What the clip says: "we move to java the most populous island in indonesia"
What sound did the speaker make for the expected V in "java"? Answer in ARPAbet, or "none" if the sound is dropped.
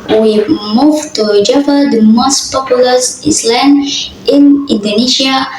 F